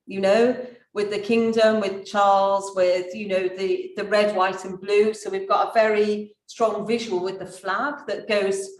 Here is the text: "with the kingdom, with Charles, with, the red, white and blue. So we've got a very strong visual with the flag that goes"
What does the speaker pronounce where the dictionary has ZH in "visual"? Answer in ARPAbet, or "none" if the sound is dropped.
ZH